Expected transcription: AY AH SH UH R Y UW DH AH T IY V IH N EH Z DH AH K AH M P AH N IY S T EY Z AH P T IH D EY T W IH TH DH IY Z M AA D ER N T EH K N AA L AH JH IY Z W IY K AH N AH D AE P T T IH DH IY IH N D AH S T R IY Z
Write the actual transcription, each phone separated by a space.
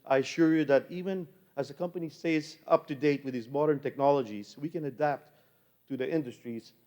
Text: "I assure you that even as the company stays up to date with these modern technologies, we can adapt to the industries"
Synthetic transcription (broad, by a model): AY AH SH UH R Y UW DH AH T IY V IH N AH Z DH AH K AH M P AH N IY S EY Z AH P T IH D EY T W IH DH IY Z M AA D ER N T EH K N AA L AH JH IY Z W IY K AH N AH D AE P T T IH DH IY IH N D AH S T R IY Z